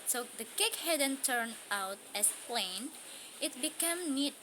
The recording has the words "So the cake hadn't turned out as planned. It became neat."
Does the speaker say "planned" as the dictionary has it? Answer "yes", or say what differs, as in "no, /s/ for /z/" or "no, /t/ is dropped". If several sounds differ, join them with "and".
no, /d/ is dropped